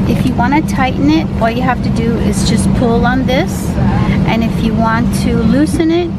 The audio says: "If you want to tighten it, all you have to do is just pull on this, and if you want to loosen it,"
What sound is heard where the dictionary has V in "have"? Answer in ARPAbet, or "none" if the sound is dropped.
F